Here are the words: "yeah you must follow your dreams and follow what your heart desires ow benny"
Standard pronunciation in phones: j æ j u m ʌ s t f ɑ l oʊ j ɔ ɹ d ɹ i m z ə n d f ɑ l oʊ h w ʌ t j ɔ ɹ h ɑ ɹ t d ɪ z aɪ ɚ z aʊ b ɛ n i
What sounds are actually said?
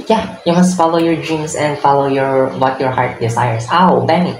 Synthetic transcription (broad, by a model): j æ j u m ʌ s t f ɑ l oʊ j ɔ ɹ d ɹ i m s ə n d f ɑ l oʊ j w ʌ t j ɔ ɹ h ɑ ɹ t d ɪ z aɪ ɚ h aʊ b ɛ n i